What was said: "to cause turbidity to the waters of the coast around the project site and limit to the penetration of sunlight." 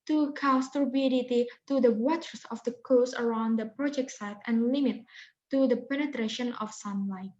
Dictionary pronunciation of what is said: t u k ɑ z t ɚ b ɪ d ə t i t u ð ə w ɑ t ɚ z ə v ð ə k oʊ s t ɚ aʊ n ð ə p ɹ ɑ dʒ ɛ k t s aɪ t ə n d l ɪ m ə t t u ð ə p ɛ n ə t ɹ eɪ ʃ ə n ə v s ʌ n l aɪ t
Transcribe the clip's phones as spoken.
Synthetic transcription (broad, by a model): t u k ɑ s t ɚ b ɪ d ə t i t u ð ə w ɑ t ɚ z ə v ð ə k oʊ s ɚ aʊ n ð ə p ɹ ɑ dʒ ɛ k t s aɪ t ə n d l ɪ m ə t t u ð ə p ɛ n ə t ɹ eɪ ʃ ə n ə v s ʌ n l aɪ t